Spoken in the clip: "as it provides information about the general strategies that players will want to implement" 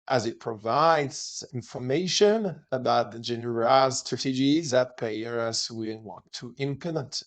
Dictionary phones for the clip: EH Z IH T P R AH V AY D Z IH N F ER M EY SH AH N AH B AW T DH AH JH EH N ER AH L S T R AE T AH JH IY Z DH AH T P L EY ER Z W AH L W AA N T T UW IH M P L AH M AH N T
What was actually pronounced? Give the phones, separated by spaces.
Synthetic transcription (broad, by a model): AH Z IH T P R AH V AY D Z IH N F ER M EY SH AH N AH B AW T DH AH JH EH N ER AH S S T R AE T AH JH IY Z DH AH T P EY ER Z W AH W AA N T T UW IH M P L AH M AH N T